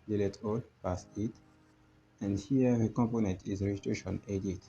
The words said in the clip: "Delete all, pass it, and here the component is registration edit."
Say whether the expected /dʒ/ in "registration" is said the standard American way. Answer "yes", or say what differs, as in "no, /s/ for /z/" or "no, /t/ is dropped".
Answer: no, /dʒ/ is dropped